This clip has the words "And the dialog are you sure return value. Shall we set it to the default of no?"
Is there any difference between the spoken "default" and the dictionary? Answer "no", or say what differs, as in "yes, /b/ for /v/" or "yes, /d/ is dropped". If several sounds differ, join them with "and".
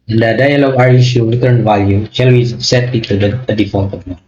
yes, /l/ is dropped